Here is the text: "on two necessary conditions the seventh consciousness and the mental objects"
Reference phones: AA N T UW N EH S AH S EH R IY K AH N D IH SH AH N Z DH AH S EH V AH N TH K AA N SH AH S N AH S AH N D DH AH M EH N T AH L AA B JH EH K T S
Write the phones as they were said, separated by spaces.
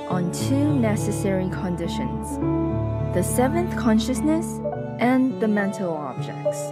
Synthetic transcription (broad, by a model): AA N T UW N EH S AH S EH R IY K AH N D IH SH AH N Z DH AH S EH V AH N TH K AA N SH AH S N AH S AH N DH AH M EH N T AH L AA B JH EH K T S